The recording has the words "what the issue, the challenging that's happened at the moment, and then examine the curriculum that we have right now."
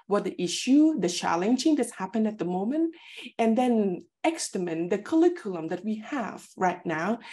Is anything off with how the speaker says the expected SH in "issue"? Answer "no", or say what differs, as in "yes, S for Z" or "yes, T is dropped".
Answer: no